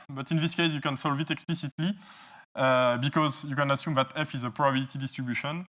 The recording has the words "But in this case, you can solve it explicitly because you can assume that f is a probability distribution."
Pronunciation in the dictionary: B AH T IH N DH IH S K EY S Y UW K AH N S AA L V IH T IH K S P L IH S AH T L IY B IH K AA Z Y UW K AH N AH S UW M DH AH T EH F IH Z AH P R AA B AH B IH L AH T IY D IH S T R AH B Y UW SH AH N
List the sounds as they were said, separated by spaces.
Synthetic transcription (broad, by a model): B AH T IH N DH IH S K EY S Y UW K AH N S AA L V IH T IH K S P L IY S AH T L IY B IH K AA Z Y UW K AH N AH S UW M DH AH T EH F IH Z AH P R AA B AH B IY L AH T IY D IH S T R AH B Y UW SH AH N